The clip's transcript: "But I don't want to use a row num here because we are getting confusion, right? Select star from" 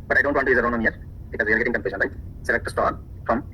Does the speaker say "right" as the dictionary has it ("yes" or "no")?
no